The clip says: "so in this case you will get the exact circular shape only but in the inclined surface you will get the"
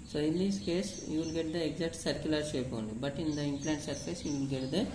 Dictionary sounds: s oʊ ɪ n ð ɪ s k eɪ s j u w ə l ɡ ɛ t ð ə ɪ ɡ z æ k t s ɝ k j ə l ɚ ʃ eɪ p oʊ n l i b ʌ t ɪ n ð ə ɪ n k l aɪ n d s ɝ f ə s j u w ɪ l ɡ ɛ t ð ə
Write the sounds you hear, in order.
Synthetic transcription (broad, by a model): s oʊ ɪ n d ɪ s k eɪ s j u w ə l ɡ ɛ t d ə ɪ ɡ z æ k t s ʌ k j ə l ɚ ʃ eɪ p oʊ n i b ʌ t ɪ n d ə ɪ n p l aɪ n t s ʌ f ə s j u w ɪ l ɡ ɛ t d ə